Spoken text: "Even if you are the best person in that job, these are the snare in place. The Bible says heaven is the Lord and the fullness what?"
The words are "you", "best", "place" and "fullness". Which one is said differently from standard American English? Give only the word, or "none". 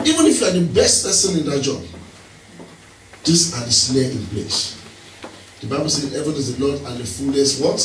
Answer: fullness